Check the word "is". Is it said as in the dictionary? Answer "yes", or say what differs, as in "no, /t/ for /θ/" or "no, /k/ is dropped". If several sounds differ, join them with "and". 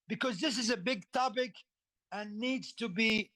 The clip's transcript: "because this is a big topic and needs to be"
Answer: yes